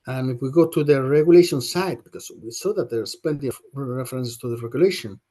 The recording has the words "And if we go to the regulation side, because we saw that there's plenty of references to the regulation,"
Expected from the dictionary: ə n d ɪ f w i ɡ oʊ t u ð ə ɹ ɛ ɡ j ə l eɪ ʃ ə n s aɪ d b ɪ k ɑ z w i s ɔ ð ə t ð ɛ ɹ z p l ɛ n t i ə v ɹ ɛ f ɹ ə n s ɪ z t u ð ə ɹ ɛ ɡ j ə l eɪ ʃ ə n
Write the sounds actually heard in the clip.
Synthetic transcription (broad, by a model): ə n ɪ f w i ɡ oʊ t u ð ə ɹ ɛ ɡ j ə l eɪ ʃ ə n s aɪ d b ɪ k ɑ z w i s ɔ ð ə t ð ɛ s p ɛ n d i ɹ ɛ f ɹ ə n s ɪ s t u ð ə ɹ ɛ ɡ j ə l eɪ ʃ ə n